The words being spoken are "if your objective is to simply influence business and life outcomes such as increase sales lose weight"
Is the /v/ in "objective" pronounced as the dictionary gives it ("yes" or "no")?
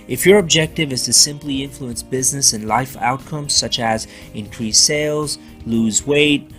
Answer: yes